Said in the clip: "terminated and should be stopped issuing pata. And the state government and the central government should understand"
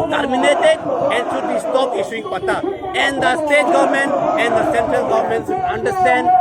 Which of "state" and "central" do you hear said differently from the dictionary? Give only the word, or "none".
none